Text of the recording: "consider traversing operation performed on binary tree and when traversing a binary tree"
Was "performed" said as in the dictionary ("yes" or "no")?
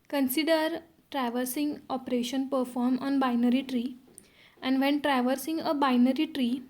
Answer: no